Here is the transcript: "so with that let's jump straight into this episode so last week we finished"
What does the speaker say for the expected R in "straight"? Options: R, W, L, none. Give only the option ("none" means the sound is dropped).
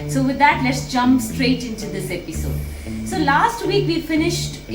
R